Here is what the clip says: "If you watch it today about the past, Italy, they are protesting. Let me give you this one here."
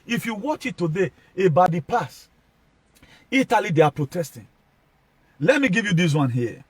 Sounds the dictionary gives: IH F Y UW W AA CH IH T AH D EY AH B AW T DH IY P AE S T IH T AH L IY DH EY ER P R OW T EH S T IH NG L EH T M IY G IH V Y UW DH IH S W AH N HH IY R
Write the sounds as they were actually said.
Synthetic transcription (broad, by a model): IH F Y UW W AA CH IH T AH D EY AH B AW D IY P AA S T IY T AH L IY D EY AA P R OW T EH S T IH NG L EH T M IY G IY V Y UW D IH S W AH N HH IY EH